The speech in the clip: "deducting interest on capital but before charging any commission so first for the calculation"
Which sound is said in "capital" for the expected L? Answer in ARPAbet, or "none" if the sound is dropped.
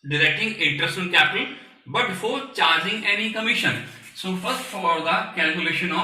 N